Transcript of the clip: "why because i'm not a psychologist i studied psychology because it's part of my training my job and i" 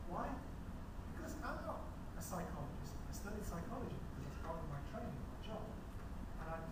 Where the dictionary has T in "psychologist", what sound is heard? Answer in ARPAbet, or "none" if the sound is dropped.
T